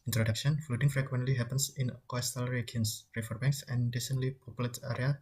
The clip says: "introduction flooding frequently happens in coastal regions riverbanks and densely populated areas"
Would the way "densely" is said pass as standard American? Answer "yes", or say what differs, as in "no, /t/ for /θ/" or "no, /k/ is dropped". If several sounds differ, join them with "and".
no, /s/ is dropped